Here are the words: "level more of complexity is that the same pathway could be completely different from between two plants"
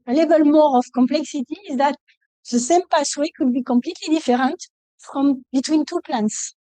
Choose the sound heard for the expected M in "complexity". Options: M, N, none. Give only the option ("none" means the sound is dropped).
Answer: M